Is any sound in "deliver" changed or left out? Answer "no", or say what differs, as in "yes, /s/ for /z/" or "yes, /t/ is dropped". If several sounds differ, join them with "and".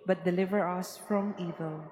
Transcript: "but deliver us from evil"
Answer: no